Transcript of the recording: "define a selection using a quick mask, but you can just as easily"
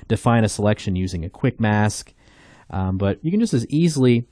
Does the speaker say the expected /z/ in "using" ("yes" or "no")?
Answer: yes